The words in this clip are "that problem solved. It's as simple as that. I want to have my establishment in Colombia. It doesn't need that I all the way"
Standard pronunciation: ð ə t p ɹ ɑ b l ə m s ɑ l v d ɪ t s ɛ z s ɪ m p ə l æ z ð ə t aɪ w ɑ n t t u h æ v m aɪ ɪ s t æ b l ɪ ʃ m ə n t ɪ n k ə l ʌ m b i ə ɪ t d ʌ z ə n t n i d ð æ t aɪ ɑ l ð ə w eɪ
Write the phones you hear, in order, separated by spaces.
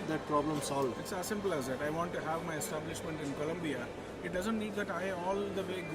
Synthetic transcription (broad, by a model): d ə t p ɹ ɑ b l ə m s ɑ l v ɪ t s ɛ s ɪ m p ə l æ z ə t aɪ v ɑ n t t u h æ v m aɪ ɪ s t æ b l ɪ ʃ m ə n t ɪ n k ə l ʌ m b i ə ɪ t d ʌ z ə n t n i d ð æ t aɪ ɑ l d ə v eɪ